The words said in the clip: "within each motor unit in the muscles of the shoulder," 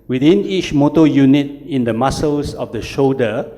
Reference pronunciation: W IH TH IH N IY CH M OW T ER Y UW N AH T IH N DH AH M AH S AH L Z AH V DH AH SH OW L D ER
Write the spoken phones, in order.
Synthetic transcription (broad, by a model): W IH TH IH N IY CH M OW T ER Y UW N AH T IH N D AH M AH S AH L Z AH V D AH SH OW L D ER